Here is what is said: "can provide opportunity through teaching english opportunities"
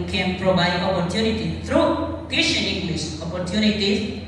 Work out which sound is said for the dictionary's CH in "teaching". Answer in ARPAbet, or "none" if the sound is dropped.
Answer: SH